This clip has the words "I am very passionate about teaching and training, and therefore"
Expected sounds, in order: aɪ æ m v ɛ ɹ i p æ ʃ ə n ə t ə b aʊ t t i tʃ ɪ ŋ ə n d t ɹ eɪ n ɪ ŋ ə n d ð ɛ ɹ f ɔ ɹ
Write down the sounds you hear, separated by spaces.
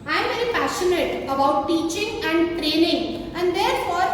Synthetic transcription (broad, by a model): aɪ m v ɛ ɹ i p æ ʃ ə n ə t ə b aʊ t t i tʃ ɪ ŋ ə n d t ɹ eɪ n ɪ ŋ ə n d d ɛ ɹ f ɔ ɹ